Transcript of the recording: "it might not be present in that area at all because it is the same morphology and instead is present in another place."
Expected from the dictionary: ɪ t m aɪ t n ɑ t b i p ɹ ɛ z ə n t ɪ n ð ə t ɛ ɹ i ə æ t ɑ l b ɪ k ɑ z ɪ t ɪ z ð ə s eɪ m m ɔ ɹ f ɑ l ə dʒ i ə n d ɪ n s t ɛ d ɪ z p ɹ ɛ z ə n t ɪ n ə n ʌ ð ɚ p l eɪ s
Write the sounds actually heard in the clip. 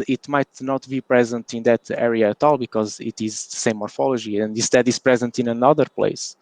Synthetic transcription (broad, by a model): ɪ t m aɪ t n ɑ t b i p ɹ ɛ z ə n t ɪ n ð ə t ɛ ɹ i ə t ɑ l b ɪ k ɑ z ɪ t ɪ z ð ə s eɪ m m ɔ ɹ f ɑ l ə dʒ i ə n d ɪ s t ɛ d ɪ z p ɹ ɛ z ə n t ɪ n ə n ʌ ð ɚ p l eɪ s